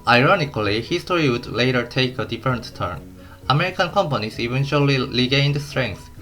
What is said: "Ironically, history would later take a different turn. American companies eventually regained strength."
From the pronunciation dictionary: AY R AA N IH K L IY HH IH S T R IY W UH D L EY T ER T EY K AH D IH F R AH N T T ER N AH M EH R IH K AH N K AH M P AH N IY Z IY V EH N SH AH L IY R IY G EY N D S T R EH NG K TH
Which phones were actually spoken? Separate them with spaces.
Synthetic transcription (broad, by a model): AY R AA N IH K L IY HH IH S T R IY W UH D L EY T ER T EY K AH D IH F R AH N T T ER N AH M EH R IH K AH N K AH M P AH N IY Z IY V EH N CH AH L IY L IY G EY N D S T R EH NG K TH